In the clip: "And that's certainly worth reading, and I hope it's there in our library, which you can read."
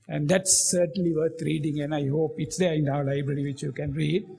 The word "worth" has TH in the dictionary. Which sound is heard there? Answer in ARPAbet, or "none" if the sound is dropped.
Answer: T